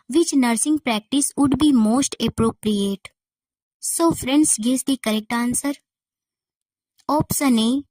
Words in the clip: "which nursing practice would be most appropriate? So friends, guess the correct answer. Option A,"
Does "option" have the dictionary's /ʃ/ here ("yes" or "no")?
no